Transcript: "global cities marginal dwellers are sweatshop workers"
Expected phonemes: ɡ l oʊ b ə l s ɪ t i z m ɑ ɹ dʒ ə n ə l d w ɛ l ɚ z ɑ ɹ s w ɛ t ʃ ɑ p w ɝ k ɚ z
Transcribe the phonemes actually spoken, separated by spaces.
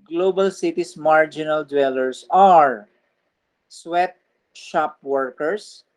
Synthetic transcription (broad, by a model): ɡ l oʊ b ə l s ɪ t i s m ɑ ɹ dʒ ə n ə l d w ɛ l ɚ s ɑ ɹ s w ɛ t ʃ ɑ p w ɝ k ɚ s